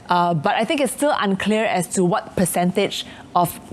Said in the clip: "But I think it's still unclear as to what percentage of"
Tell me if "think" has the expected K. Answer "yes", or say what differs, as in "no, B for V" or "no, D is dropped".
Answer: yes